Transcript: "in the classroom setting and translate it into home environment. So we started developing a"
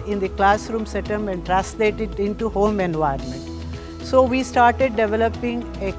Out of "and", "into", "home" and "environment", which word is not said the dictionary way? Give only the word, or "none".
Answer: environment